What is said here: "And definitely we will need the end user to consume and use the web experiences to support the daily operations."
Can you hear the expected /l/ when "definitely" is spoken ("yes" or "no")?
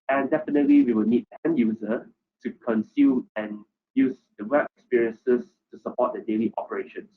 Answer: yes